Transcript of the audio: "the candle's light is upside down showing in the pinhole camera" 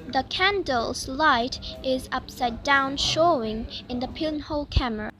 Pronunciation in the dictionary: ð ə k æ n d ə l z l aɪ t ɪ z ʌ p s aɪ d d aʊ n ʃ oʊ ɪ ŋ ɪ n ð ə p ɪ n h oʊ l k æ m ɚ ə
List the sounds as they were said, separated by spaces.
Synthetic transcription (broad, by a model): ð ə k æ n d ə l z l aɪ t ɪ z ʌ p s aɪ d d aʊ n ʃ oʊ ɪ ŋ ɪ n ð ə p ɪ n h oʊ l k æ m ɚ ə